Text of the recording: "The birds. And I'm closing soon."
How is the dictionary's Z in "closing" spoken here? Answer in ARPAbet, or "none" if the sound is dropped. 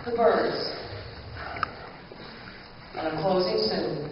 Z